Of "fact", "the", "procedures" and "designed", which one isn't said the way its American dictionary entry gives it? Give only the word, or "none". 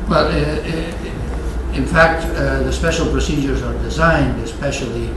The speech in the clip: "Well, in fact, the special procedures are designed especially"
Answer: none